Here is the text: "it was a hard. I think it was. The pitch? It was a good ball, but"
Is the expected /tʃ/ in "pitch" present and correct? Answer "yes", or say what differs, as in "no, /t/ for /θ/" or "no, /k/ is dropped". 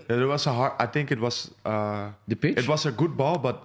no, /tʃ/ is dropped